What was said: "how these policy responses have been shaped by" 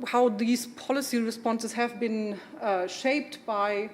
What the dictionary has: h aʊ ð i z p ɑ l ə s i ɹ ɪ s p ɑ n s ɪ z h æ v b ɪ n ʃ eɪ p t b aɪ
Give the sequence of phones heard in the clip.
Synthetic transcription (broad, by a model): h aʊ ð i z p ɑ l ə s i ɹ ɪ s p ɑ n s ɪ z h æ v b ɪ n ʃ eɪ p t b aɪ